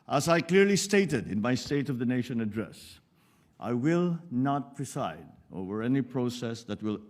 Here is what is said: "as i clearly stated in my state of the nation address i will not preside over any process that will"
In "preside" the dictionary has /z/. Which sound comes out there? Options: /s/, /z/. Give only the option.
/s/